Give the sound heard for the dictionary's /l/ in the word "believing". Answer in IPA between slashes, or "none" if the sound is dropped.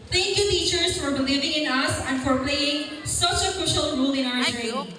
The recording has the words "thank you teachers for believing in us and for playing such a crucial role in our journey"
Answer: /l/